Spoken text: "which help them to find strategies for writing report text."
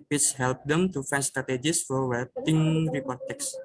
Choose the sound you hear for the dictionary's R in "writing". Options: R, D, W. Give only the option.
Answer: W